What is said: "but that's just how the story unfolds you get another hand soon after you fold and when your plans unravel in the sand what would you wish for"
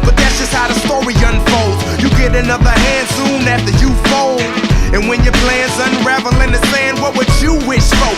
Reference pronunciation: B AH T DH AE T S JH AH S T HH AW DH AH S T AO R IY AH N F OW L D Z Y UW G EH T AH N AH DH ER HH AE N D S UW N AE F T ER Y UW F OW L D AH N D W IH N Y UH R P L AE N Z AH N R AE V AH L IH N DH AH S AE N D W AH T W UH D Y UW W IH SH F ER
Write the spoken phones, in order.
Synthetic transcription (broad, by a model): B AH T DH AE T S JH AH S T HH AW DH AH S T AO R IY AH N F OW L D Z Y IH G EH T AH N AH DH ER HH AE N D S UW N AE F T ER Y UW F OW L AH N W IH N Y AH R P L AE N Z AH N R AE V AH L IH N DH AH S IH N W AH T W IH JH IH W IH SH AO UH